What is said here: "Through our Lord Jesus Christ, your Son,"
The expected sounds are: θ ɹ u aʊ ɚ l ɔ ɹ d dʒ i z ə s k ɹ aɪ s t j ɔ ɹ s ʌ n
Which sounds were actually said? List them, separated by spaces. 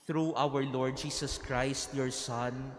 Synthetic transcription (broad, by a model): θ ɹ u aʊ ɚ l ɔ ɹ d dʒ i s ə s k ɹ aɪ s t j ɔ ɹ s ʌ n